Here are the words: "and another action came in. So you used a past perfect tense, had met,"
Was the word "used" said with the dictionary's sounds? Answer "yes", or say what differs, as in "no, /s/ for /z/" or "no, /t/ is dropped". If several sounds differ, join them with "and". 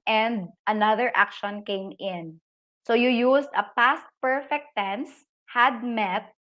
no, /s/ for /z/